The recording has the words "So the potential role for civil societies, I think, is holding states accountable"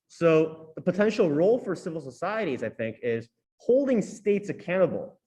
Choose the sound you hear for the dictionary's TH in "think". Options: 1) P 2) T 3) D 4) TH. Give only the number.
4